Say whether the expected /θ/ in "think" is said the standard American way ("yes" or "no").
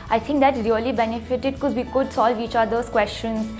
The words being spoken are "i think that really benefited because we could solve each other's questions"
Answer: no